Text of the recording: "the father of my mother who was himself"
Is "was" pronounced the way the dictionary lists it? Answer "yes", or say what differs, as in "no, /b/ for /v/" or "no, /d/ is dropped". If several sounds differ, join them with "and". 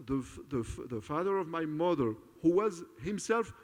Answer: yes